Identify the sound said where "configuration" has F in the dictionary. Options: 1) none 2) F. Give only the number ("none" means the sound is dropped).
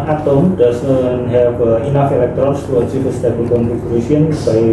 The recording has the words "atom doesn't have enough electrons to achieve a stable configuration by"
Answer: 1